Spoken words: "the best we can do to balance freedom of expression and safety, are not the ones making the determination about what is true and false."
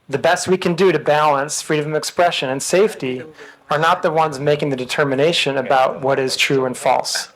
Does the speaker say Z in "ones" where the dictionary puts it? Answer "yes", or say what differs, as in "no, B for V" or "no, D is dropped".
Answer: yes